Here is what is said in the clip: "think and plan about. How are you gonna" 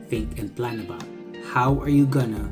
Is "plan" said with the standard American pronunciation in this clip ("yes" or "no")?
yes